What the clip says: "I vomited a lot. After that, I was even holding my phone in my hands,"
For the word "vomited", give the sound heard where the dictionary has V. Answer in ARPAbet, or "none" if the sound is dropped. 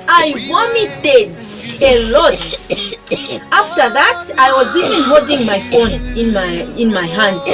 W